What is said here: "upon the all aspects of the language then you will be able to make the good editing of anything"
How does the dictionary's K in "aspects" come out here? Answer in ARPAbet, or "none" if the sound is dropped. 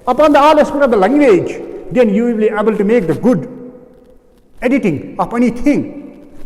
none